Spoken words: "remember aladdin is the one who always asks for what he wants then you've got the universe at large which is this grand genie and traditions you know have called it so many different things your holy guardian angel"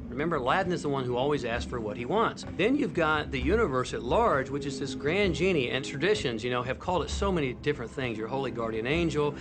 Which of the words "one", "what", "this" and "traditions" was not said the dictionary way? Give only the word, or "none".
none